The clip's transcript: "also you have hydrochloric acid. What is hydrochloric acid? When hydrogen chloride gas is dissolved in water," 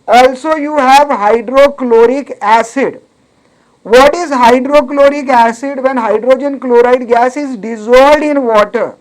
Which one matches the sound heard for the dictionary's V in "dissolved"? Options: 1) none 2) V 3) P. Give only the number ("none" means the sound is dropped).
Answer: 1